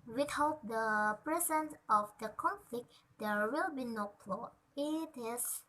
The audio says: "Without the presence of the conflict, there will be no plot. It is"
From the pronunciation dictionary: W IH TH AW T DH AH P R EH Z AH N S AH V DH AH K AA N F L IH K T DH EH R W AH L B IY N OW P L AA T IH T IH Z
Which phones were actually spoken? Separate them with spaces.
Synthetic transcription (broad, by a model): W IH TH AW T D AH P R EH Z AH N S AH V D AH K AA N F L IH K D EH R W AH L B IY N OW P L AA IH T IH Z